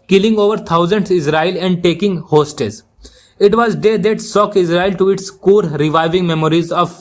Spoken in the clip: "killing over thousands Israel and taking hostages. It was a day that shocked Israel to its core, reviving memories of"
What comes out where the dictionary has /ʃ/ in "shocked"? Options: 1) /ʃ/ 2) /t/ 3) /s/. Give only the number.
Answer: 3